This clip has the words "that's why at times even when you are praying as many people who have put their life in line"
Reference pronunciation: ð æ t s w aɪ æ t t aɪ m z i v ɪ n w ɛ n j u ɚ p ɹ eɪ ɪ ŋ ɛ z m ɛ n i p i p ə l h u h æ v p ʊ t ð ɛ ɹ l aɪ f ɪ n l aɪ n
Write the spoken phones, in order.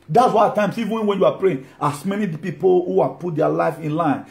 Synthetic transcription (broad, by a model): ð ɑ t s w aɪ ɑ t t aɪ m s i v ɪ n w ɛ n j u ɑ p ɹ eɪ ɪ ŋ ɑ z m ɛ n i p i p ə l h u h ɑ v p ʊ t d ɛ l aɪ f ɪ n l aɪ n